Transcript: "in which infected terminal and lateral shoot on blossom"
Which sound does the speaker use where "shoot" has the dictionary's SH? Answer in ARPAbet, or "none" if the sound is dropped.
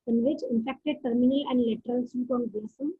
S